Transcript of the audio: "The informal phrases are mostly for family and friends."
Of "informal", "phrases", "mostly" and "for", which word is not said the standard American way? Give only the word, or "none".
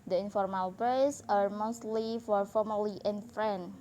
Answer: phrases